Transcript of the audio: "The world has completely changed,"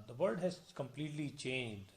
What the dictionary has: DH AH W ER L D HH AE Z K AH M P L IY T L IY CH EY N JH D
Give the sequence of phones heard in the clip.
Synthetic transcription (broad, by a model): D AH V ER D HH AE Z K AH M P L IY T L IY CH EY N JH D